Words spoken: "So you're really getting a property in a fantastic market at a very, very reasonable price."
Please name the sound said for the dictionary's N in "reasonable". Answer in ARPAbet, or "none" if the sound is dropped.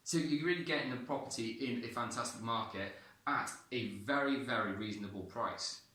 N